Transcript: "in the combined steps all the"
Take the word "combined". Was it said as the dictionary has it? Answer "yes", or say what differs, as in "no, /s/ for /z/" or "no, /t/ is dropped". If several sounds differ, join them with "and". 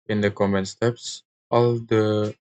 no, /b/ is dropped